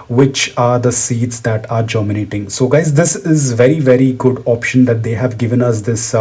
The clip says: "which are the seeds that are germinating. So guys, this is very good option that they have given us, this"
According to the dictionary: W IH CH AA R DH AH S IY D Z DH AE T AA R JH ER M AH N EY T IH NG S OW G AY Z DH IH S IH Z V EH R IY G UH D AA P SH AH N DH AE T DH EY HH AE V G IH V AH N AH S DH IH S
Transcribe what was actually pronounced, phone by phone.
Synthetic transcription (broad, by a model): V IH CH AA R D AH S IY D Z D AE T AA R JH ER M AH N EY T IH NG S OW G AY Z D IH S IH Z V EH R IY G UH D AA P SH AH N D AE T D EY HH AE V G IH V AH N AH S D IH S